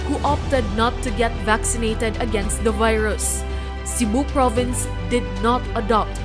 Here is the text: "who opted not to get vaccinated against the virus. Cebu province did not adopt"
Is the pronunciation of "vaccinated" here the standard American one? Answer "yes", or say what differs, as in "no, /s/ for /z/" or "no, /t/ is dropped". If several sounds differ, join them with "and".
yes